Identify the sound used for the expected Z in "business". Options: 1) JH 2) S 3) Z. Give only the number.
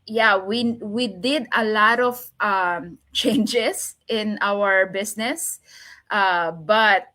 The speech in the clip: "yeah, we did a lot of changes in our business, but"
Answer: 2